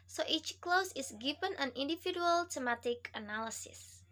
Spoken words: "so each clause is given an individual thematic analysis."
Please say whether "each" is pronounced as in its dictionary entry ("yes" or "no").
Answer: yes